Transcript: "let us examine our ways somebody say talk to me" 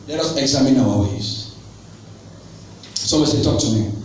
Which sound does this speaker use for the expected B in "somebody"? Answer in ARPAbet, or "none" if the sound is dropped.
none